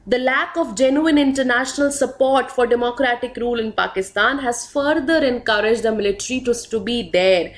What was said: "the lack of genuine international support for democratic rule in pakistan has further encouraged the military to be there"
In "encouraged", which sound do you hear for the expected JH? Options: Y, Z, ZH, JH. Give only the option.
JH